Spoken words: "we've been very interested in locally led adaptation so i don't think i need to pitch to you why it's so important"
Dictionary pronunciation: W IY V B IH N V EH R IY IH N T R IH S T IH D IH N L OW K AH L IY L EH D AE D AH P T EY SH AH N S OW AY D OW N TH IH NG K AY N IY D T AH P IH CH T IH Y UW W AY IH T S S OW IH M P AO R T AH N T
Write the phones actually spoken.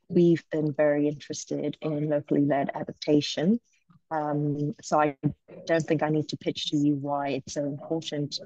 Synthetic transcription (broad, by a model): W IY V B IH N V EH R IY IH N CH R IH S T IH D IH N L OW K AH L IY L EH D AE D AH P T EY SH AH N S OW AY D OW N TH IH NG K AY N IY D T AH P IH CH T IH Y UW W AY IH T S S OW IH M P AO R T N T